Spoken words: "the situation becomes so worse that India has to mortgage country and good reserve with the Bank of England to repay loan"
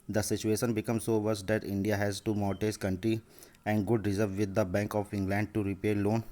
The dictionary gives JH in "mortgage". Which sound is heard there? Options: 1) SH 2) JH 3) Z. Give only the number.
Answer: 3